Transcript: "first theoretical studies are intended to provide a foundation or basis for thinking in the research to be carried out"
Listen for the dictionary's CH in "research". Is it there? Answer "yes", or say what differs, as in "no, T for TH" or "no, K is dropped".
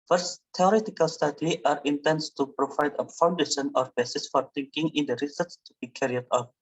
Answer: no, S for CH